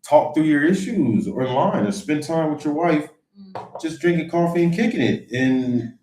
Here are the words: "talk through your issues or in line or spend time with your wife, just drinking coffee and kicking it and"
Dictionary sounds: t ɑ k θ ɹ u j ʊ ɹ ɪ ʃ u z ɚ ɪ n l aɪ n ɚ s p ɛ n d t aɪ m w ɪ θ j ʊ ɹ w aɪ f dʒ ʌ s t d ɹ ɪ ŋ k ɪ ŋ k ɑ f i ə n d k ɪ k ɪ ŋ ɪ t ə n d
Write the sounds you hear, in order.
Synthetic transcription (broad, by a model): t ɑ k θ ɹ u j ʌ ɹ ɪ ʃ u z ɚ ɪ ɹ l aɪ n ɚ s p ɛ n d t aɪ m w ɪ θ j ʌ ɹ w aɪ f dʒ ʌ s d ɹ ɪ ŋ k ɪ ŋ k ɑ f i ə n k ɪ k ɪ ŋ ɪ t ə n